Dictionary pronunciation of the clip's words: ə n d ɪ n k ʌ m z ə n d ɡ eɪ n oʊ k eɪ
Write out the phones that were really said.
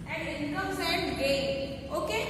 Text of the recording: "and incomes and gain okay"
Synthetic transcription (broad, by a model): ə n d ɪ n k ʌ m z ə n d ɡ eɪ oʊ k eɪ